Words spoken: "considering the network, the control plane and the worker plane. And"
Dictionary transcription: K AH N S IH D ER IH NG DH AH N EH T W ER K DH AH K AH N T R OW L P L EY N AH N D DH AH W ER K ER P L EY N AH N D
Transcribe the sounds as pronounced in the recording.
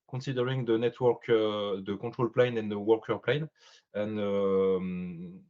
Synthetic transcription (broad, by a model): K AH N S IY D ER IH NG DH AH N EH T W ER K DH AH K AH T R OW L P L EY N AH N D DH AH W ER K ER P L EY N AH N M